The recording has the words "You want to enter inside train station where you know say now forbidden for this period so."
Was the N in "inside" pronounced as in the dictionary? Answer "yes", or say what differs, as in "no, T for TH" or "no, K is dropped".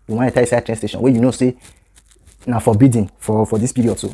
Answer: no, N is dropped